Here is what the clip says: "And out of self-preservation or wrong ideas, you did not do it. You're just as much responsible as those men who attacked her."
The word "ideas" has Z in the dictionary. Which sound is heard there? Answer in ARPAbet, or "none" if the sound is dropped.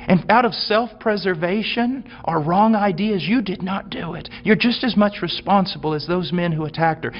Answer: Z